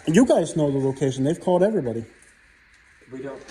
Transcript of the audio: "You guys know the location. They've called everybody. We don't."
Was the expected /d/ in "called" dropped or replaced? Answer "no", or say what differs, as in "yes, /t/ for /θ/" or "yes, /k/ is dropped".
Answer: no